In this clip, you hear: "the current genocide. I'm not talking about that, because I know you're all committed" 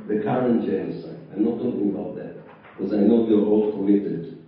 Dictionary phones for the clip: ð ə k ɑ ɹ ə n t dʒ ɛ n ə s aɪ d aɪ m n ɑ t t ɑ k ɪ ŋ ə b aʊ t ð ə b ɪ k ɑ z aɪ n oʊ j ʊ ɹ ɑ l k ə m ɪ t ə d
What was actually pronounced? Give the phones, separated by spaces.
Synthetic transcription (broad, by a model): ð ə k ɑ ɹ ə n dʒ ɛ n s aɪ aɪ m n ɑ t t ɑ k ɪ ŋ ə b aʊ t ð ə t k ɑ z aɪ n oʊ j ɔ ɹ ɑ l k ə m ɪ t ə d